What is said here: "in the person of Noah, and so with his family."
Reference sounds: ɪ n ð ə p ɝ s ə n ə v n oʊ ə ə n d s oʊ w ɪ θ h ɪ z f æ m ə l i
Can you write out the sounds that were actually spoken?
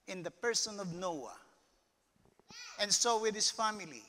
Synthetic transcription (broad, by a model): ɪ n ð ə p ɝ s ə n ə v n oʊ ə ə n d s oʊ w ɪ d h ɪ s f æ m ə l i